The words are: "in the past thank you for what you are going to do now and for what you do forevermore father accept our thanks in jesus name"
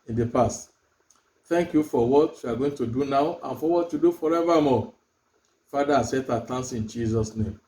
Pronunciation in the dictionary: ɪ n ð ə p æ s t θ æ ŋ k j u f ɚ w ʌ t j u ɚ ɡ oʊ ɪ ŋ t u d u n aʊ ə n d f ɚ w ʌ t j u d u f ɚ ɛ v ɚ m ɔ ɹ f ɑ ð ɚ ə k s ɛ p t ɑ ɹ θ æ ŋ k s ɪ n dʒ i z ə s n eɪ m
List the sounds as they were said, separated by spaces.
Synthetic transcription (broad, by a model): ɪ n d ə p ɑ s t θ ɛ ŋ k j u f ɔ w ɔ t j u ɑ ɡ oʊ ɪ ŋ t u d u n aʊ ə n f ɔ w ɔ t j u d u f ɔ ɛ v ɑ m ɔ f ɑ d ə s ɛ t ɑ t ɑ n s ɪ n dʒ i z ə s n eɪ m